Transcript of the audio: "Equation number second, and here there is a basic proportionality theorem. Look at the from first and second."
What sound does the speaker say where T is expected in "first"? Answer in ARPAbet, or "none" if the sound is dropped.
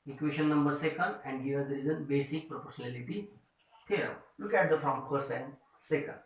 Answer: none